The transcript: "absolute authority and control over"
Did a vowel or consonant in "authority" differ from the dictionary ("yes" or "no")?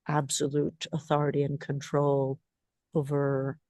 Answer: no